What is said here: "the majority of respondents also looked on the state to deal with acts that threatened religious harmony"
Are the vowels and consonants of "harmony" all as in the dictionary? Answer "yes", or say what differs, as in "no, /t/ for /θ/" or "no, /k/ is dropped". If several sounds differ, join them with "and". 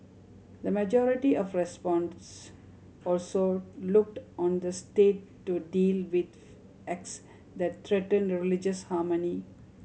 yes